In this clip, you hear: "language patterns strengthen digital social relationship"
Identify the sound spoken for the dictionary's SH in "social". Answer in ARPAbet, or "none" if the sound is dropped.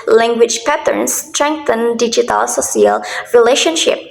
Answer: S